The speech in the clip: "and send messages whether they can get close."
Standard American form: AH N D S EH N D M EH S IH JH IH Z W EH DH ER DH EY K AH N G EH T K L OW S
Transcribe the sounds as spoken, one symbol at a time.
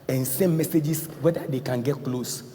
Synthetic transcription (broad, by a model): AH N S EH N M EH S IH JH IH S W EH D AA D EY K AH N G EH T K L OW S